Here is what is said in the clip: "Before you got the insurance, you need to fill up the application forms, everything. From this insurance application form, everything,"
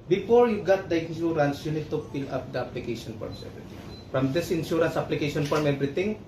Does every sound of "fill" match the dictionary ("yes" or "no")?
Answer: no